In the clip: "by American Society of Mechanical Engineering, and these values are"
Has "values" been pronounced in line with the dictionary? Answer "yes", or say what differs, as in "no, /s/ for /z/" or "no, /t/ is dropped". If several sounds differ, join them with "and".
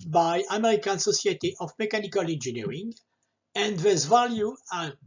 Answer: no, /z/ is dropped